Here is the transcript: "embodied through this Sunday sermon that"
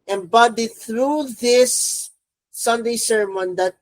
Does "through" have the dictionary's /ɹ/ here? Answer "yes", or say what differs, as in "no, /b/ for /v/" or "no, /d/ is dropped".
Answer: yes